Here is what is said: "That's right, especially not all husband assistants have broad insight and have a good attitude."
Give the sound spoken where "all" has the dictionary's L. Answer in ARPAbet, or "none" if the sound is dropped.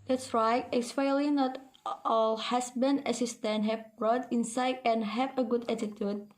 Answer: L